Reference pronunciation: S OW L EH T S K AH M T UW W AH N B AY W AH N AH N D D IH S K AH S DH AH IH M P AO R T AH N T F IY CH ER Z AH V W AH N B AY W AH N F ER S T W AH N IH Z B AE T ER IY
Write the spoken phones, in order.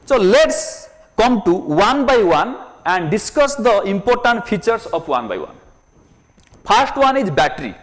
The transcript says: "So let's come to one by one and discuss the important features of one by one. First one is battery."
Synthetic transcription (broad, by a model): S OW L EH T S K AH M T UW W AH N B AY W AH N AH N D D IH S K AH S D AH IH M P AO R T AH N T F IY CH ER S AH P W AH N B AY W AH N P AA S T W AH N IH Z B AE T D IY